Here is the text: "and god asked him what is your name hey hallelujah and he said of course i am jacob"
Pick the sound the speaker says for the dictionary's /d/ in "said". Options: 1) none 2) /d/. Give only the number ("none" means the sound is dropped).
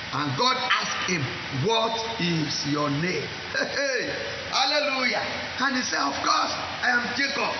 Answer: 1